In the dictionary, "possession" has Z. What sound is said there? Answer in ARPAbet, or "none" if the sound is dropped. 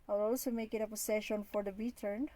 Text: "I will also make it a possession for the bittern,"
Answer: S